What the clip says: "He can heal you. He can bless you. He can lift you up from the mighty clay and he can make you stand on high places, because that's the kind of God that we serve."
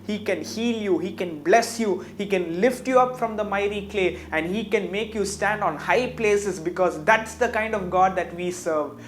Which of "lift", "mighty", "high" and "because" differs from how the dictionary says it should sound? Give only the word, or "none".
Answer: none